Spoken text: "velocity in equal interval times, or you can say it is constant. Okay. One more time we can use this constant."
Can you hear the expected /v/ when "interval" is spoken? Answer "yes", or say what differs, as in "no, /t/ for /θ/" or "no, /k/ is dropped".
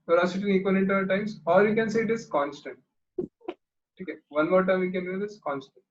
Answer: no, /v/ is dropped